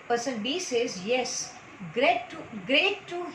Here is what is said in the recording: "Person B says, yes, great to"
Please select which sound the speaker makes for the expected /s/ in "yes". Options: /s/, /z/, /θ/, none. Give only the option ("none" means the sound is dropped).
/s/